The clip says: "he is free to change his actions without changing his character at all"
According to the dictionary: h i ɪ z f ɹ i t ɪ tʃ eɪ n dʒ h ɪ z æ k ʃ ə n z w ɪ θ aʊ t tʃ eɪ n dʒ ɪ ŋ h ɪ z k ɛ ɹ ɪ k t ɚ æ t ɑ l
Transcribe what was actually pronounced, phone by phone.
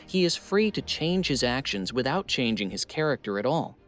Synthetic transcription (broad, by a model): h i ɪ z f ɹ i t ɪ tʃ eɪ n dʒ h ɪ z æ k ʃ ə n z w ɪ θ aʊ t tʃ eɪ n dʒ ɪ ŋ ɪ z k ɛ ɹ ɪ k t ɚ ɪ t ɑ l